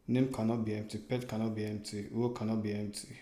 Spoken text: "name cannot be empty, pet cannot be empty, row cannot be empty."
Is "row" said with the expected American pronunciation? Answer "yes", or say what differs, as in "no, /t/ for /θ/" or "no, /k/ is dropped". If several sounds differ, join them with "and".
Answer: no, /w/ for /ɹ/